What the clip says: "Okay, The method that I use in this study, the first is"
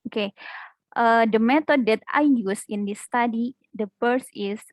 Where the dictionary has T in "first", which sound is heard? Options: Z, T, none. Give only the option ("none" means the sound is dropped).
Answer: none